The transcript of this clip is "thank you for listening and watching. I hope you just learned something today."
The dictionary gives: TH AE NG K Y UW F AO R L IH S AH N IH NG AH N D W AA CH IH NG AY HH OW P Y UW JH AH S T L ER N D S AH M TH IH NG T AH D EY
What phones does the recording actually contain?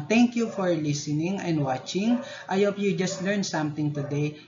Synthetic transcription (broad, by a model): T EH NG K Y UW F AO R L IH S AH N IH NG AH N D W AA CH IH NG AY HH OW P Y UW JH AH S T L ER N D S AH M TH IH NG T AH D EY